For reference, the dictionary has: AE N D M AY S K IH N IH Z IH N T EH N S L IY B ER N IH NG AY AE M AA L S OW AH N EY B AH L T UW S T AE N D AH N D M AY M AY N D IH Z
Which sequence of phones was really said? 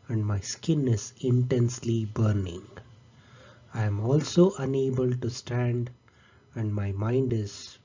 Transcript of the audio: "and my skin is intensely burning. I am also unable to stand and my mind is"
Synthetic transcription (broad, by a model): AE N D M AY S K IH N IH Z IH N T EH N S L IY B ER N IH NG AY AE M AA L S OW AH N EY B AH L T UW S T AE N D AH N D M AY M AY N D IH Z